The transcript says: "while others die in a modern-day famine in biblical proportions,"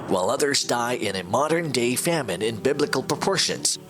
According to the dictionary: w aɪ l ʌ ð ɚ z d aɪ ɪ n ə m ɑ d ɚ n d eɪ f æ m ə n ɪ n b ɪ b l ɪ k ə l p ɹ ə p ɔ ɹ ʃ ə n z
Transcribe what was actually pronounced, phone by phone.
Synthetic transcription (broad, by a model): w aɪ l ʌ ð ɚ z d aɪ ɪ n ə m ɑ d ɚ n d eɪ f æ m ə n ɪ n b ɪ b l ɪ k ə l p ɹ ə p ɔ ɹ ʃ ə n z